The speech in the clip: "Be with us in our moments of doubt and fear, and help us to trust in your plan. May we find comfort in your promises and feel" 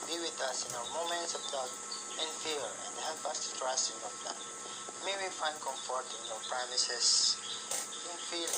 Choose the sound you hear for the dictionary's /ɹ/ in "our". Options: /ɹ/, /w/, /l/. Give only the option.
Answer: /w/